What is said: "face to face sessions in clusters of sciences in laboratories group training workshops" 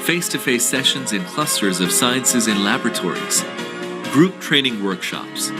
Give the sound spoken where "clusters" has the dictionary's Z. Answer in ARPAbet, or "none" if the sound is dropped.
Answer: Z